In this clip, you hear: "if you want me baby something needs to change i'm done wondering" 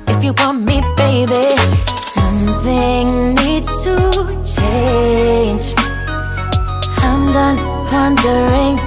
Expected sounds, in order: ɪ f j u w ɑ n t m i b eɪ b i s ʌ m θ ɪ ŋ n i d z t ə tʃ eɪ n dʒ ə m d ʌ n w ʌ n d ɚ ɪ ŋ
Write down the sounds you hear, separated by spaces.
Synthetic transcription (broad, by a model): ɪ f j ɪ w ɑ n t m i b eɪ b i s ʌ m θ ɪ ŋ n i d z t ə tʃ eɪ n dʒ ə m d ʌ n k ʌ n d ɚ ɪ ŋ